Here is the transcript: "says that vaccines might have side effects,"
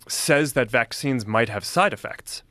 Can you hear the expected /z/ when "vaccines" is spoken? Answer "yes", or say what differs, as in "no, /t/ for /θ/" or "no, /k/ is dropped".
yes